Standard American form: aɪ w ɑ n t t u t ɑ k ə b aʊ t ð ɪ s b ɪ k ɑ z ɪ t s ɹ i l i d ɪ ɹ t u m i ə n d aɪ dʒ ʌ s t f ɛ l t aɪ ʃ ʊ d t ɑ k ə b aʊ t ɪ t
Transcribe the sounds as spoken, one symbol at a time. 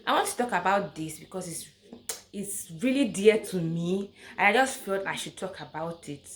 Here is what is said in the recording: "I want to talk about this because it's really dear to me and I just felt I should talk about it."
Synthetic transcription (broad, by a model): aɪ w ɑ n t t u t ɑ k ə b aʊ t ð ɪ s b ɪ k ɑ s ɪ t s ɹ i l i d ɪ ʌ t u m i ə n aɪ dʒ ʌ s t f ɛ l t aɪ ʃ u d t ɑ k ə b aʊ t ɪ t